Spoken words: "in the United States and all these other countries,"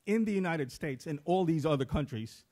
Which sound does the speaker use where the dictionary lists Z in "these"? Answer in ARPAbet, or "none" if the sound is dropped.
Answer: Z